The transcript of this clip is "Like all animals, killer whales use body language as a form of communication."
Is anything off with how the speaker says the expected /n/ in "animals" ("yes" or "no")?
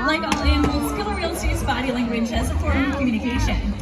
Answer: yes